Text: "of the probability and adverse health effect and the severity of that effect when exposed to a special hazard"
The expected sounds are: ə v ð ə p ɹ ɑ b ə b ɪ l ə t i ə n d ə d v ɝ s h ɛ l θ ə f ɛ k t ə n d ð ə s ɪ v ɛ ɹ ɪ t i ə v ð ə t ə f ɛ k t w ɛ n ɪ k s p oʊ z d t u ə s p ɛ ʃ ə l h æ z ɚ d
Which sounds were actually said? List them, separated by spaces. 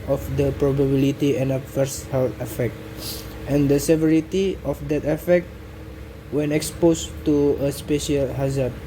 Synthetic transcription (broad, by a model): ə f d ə p ɹ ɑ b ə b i l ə t i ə n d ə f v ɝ s h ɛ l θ ə f ɛ k t ə n d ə s ɪ v ɛ ɹ ɪ t i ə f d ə t ə f ɛ k t w ɛ n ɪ k s p oʊ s t u ə s p ɛ ʃ ə l h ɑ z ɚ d